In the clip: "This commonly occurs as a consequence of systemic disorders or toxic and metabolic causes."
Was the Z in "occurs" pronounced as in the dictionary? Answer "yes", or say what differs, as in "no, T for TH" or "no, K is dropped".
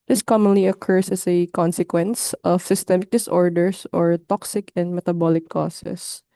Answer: no, S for Z